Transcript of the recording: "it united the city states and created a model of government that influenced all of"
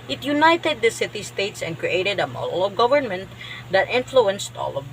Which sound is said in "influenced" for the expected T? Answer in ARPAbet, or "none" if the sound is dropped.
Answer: T